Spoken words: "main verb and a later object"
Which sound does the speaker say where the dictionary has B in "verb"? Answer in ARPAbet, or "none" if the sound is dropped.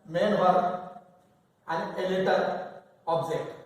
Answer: none